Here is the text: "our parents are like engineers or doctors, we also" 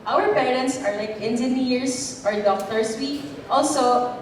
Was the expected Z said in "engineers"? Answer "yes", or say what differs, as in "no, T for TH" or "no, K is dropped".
no, S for Z